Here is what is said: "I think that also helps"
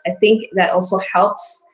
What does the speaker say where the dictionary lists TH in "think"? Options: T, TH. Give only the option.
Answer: TH